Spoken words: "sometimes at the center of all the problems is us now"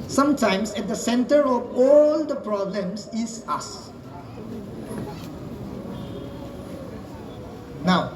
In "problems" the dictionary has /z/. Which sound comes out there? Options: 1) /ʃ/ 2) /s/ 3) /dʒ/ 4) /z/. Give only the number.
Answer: 2